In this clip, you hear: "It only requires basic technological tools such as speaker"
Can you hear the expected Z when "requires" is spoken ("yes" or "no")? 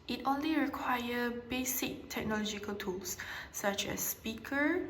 no